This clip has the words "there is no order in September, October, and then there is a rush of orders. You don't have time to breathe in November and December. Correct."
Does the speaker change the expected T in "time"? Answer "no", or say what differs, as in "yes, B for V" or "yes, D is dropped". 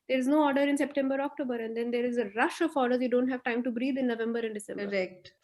no